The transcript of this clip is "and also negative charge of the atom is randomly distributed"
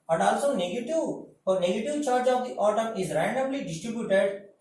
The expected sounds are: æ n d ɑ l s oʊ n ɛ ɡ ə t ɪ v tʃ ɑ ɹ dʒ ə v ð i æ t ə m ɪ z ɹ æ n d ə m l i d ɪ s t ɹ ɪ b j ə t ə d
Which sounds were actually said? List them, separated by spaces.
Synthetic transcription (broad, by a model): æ n d ɑ l s oʊ n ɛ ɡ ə t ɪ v tʃ ɑ ɹ dʒ ə v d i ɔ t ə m ɪ z ɹ æ n d ə m l i d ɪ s t ɹ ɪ b j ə t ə d